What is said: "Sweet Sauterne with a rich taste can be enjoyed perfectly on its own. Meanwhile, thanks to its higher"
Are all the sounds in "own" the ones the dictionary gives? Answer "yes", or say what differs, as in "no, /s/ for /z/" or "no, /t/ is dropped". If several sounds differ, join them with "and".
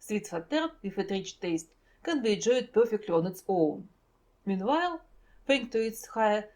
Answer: no, /l/ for /n/